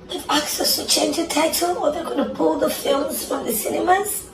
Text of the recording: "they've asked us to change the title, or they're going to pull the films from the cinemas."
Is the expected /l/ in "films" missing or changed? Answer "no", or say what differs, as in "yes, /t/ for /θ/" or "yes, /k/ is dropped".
no